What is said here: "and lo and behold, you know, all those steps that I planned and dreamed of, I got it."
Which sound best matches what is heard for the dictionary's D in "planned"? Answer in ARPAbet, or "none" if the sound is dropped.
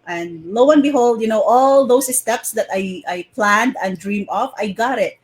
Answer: D